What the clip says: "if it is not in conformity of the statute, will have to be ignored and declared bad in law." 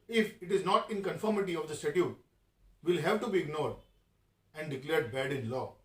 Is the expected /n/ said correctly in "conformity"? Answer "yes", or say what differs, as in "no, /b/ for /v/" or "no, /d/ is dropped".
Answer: yes